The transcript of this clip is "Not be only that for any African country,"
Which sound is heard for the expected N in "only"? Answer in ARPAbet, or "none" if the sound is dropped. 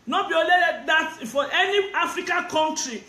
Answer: none